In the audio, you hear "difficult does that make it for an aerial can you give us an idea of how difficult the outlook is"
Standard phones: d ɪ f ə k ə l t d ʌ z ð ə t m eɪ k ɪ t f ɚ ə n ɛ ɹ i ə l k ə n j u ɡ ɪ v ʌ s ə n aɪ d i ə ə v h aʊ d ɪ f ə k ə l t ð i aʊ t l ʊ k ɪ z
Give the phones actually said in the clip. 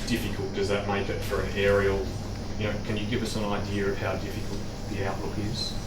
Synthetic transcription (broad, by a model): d ɪ f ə k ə l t d ʌ z ð ə t m eɪ k ɪ t f ɚ ə n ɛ ɹ i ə n k ə n j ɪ ɡ ɪ v ʌ s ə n aɪ d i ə ə v h aʊ d ɪ f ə k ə l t ð i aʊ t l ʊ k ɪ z